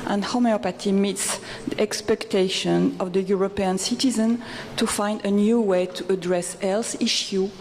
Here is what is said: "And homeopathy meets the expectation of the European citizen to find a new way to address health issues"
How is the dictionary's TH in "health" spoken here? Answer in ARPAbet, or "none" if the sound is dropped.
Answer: S